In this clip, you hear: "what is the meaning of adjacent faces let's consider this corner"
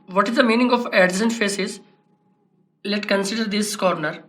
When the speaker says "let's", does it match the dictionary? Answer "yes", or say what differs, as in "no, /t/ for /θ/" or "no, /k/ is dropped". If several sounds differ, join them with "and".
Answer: no, /s/ is dropped